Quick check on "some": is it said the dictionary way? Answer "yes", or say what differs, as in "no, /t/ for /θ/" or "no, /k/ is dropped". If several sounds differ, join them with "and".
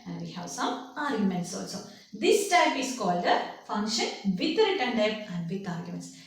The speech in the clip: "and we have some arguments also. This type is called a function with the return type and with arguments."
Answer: no, /m/ is dropped